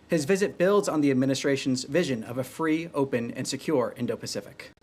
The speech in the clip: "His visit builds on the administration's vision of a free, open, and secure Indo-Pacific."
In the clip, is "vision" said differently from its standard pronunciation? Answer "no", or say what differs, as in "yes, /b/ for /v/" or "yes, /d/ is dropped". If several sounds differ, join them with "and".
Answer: no